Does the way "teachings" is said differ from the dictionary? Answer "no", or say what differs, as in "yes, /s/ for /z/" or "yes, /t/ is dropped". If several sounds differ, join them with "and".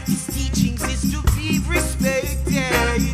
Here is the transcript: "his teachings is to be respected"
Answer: no